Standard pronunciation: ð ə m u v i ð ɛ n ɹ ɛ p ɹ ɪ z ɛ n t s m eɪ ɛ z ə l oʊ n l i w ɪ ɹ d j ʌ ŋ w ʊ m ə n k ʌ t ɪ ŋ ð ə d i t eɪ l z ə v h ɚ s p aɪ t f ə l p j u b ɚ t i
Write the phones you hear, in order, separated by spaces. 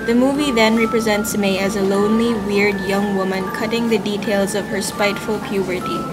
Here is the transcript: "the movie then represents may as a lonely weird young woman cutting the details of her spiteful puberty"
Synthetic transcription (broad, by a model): ð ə m u v i ð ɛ n ɹ ɛ p ɹ ɪ z ɛ n t s m eɪ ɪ z ə l oʊ n l i w ɪ ɹ d j ʌ ŋ w ʊ m ə n k ʌ t ɪ ŋ ð ə d i t eɪ l z ə v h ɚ s p aɪ t f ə l p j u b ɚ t i